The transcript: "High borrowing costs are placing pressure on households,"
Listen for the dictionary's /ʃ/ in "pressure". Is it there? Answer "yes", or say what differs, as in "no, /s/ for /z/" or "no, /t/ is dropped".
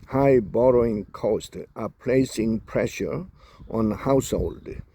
yes